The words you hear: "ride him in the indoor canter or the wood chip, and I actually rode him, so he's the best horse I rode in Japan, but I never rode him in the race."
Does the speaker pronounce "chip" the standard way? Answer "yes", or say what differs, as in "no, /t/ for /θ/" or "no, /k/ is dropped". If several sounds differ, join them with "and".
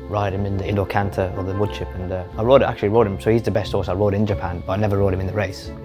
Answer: no, /ʃ/ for /tʃ/